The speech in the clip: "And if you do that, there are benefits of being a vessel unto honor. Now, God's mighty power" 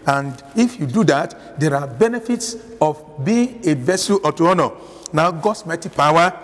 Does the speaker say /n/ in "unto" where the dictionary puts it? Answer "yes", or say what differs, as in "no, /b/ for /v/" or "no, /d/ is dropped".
no, /n/ is dropped